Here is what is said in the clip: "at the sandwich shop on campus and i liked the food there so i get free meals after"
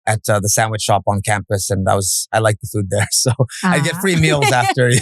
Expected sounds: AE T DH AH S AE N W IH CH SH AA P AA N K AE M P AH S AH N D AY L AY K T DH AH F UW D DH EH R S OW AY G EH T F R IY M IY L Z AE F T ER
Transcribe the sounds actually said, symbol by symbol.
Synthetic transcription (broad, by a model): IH T DH AH S AE N W IH CH SH AA P N K AE M P AH S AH N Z AY L AY K DH AH F UW D DH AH R S OW AY G EH T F R IY M IY L Z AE F T ER